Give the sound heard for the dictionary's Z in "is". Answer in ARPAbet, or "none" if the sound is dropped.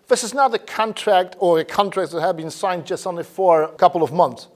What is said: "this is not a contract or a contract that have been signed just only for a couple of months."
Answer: Z